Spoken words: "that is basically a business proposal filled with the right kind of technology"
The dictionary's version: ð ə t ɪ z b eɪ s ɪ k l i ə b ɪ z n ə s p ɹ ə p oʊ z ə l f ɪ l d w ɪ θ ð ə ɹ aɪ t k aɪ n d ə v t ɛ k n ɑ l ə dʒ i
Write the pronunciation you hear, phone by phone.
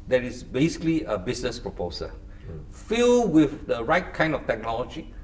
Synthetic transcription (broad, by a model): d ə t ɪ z b eɪ s ɪ k l i ə b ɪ s n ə s p ɹ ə p oʊ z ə f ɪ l w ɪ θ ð ə ɹ aɪ t k aɪ n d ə f t ɛ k n ɑ l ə dʒ i